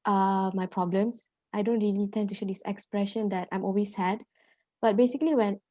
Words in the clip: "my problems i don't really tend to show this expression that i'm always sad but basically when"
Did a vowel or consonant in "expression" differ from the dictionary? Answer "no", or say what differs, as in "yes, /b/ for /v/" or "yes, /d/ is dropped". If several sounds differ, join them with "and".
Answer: no